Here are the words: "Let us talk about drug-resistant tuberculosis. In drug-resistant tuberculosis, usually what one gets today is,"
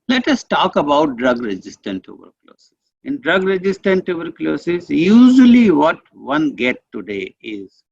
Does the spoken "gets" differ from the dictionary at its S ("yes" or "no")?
yes